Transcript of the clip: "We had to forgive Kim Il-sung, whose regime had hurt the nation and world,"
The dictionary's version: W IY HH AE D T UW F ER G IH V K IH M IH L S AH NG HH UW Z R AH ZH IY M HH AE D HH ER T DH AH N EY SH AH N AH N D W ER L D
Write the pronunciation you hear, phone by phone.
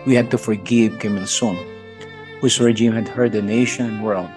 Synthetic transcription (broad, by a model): W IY HH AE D T UW F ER G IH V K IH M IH N S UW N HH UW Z R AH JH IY M HH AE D HH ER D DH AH N EY SH AH N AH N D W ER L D